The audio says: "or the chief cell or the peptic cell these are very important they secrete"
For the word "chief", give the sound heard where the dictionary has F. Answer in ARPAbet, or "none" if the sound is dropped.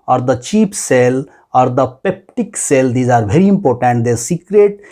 P